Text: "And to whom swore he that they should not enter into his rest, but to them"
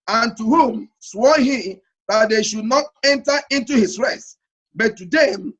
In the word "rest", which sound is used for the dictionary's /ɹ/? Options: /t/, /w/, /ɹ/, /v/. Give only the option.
/ɹ/